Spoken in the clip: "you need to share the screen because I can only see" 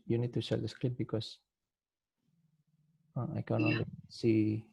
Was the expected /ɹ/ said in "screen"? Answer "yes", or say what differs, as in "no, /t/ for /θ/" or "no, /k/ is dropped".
no, /l/ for /ɹ/